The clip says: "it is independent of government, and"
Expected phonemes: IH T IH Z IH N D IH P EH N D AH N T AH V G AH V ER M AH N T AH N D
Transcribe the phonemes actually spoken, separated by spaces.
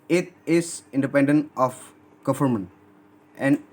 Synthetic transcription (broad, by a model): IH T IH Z IH N D IH P EH N D AH N T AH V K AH F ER M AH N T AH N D